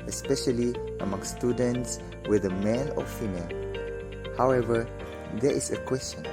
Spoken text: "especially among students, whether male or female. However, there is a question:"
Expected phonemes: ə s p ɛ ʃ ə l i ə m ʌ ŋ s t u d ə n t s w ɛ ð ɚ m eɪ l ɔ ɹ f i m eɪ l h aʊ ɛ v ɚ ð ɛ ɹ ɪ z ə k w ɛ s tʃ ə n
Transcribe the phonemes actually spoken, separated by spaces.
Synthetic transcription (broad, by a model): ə s p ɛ ʃ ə l i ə m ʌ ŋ s t u d ə n t s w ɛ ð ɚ m eɪ l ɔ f f i m eɪ l h aʊ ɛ v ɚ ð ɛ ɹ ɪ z ə k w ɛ s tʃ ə n